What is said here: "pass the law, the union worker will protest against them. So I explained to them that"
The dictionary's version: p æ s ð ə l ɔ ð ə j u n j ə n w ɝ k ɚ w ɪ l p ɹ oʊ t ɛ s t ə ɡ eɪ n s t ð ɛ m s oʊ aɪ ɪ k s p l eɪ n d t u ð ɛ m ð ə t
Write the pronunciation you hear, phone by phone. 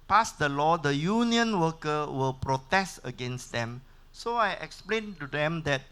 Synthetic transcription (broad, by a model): p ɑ s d ə l ɔ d ə j u n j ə n w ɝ k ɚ w ɪ l p ɹ oʊ t ɛ s t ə ɡ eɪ n s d ɛ m s oʊ aɪ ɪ k s p l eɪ n t u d ɛ m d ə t